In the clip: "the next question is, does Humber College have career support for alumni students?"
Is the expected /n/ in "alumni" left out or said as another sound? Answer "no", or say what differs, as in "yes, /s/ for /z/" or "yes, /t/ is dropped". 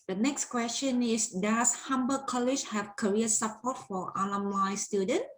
yes, /l/ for /n/